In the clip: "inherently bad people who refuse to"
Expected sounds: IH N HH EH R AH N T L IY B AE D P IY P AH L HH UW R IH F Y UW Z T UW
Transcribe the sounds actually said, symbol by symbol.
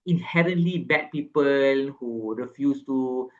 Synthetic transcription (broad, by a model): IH N HH EH R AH N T L IY B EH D P IY P AH L HH UW R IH F Y UW S T UW